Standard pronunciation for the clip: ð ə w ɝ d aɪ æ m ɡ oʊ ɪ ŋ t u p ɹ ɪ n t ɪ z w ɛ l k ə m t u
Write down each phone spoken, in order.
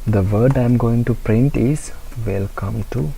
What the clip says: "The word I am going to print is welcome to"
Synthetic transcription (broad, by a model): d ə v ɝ d aɪ m ɡ oʊ ɪ ŋ t u p ɹ ɪ n t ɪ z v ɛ l k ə m t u